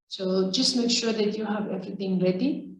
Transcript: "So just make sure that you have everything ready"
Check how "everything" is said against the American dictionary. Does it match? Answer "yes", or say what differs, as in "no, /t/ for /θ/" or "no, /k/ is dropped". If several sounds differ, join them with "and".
no, /t/ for /θ/